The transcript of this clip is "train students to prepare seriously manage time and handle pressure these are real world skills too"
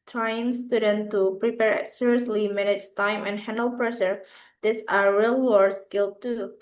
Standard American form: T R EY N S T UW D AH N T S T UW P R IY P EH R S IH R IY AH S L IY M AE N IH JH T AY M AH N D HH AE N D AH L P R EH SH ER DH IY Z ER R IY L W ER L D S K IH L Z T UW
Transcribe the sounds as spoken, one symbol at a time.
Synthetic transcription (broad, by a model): T R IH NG S T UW D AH N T T UW P R IY P EH R S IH R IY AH S L IY M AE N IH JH T AY M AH N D HH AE N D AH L P R EH SH ER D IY S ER R IY L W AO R S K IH L T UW